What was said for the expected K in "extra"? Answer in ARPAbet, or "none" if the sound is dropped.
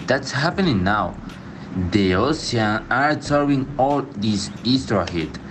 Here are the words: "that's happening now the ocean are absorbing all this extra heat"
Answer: none